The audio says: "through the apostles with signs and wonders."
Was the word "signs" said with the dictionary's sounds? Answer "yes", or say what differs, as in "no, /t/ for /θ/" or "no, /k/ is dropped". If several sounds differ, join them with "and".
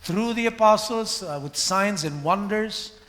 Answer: yes